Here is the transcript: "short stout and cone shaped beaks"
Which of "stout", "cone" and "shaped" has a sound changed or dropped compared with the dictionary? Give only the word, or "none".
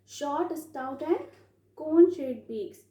shaped